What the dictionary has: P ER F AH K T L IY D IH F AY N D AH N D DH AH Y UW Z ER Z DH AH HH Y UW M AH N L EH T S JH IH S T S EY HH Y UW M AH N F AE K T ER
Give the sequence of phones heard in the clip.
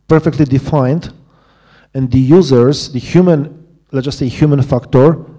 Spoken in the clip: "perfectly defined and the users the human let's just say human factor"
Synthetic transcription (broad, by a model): P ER F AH K T L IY D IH F AY N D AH N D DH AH Y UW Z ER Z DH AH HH Y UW M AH N L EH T JH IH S S EY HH Y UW M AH N F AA K T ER